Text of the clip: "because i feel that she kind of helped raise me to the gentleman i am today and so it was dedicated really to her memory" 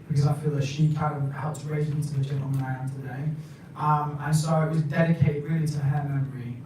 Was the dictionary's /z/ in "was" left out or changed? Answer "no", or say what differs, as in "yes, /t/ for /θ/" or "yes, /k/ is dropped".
no